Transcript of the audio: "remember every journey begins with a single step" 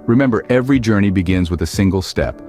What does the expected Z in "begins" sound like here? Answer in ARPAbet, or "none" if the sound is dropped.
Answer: Z